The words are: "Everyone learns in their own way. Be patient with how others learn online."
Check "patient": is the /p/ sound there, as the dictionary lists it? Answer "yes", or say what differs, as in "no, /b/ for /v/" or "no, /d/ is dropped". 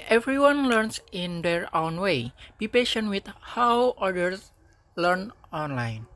yes